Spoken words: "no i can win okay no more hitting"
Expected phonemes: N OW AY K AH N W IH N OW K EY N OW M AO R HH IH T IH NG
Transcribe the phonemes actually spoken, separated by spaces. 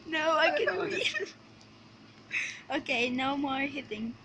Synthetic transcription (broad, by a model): N OW AY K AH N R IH OW K EY N OW M AO R HH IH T IH NG